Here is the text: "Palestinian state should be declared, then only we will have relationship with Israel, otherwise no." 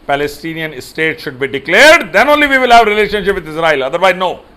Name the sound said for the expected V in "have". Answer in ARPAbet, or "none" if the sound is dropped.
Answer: V